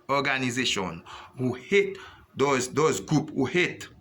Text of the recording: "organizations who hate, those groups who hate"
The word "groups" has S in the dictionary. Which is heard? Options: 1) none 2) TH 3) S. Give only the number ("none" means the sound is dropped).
1